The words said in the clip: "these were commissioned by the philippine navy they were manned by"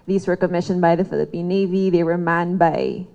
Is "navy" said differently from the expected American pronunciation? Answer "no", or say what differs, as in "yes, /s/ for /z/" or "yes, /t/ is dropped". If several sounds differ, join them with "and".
no